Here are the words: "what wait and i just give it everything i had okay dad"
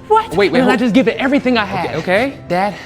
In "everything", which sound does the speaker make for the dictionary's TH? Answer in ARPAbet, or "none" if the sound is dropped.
TH